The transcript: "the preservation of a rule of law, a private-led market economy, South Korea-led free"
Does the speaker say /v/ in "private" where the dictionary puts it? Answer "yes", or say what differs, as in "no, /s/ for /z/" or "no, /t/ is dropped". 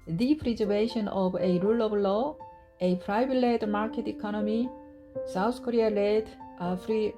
no, /b/ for /v/